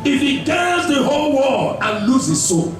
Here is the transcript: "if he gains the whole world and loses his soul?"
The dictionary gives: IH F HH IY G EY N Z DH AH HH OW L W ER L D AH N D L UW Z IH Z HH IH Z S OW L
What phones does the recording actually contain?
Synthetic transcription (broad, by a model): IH F HH IY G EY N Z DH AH HH OW L W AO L AH N L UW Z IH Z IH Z S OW